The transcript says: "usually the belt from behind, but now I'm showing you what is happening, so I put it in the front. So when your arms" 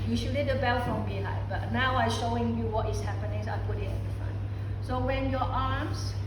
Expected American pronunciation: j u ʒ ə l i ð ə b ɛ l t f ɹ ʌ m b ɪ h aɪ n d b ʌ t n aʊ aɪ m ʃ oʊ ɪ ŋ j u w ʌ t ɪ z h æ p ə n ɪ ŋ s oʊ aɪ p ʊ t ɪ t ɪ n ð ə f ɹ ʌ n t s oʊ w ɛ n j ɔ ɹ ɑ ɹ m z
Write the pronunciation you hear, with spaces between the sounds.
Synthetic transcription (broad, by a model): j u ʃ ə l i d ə b ɛ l f ɹ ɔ m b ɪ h aɪ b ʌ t n aʊ aɪ ʃ oʊ ɪ ŋ j u w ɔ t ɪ s h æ p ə n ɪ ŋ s aɪ p ʊ t ɪ t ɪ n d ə f ɹ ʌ n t s oʊ w ɛ n j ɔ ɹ ɑ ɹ m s